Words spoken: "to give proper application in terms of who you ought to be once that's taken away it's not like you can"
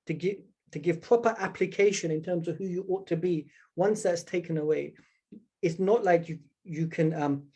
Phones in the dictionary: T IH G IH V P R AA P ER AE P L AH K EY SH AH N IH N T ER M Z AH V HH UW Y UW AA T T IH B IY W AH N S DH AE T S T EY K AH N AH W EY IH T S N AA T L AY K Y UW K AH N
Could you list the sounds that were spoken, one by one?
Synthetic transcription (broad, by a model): T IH G IH V P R AA P ER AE P L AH K EY SH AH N IH N T ER M Z AH V HH UW Y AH AA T T IH B IY W AH N S DH AE T S T EY K AH N AH W EY IH T S N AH T L AY K Y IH K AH N